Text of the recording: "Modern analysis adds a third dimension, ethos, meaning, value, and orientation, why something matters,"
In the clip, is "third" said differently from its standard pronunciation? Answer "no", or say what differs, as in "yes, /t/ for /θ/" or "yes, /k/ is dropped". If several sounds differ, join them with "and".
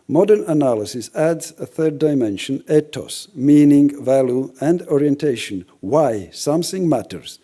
no